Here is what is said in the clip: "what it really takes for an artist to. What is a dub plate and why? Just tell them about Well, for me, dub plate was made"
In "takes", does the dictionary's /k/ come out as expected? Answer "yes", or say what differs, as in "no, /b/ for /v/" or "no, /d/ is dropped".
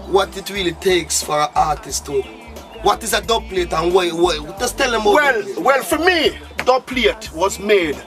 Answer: yes